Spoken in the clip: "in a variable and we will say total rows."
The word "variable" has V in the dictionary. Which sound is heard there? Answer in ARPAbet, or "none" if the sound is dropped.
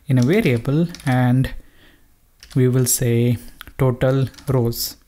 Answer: V